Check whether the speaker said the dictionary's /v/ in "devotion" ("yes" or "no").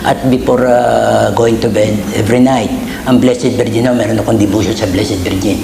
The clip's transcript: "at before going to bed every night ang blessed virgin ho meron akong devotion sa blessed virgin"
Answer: no